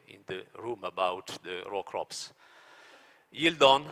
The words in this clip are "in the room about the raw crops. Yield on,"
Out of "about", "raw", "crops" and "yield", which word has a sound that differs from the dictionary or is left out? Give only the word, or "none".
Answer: none